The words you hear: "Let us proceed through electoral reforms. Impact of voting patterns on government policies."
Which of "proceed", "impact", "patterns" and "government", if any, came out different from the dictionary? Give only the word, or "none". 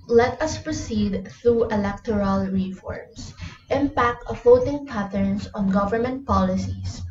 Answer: patterns